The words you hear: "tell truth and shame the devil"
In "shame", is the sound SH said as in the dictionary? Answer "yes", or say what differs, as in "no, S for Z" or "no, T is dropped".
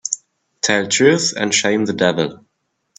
yes